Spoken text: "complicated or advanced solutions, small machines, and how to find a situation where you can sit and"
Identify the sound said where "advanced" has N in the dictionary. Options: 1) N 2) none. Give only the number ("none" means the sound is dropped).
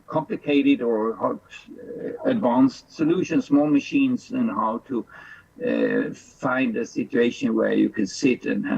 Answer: 1